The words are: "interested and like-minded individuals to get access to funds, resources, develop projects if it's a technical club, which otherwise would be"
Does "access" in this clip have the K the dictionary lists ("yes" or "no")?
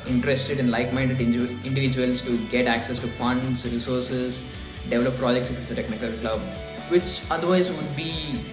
yes